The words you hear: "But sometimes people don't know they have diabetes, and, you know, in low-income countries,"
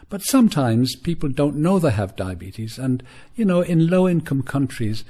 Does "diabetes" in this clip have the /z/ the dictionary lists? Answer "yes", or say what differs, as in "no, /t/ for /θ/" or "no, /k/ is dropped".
yes